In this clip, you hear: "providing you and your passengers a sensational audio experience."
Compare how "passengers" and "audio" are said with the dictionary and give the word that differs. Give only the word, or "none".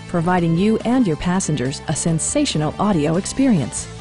none